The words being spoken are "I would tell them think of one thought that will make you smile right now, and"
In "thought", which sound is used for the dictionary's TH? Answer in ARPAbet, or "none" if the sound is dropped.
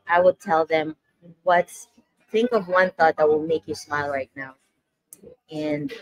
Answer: TH